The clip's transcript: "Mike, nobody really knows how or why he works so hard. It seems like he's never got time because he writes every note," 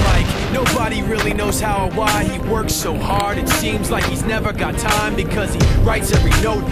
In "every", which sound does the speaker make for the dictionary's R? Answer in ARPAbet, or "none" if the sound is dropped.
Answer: R